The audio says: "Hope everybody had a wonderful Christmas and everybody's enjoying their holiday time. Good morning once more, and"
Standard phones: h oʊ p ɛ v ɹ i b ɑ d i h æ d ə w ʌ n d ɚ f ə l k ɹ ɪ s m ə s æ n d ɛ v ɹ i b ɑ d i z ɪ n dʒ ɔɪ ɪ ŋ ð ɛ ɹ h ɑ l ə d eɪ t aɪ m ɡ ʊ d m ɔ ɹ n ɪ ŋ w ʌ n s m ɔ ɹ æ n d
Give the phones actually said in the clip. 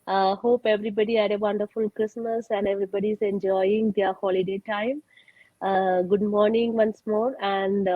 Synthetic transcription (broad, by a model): h oʊ p ɛ v ɹ i b ɑ d i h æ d ə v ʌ n d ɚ f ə l k ɹ ɪ s m ə s æ n d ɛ v ɹ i b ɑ d i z ɪ n dʒ ɔɪ ɪ ŋ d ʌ ɹ h ɑ l ə d eɪ t aɪ m ɡ ʊ d m ɔ ɹ n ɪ ŋ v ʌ n s m ɔ ɹ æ n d